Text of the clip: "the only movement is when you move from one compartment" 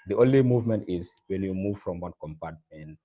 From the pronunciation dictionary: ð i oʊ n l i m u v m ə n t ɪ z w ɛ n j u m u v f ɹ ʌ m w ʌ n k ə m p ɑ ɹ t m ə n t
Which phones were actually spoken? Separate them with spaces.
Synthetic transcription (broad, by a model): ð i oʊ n l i m u v m ə n t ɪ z w ɛ n j u m u v f ɹ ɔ m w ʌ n k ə m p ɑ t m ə n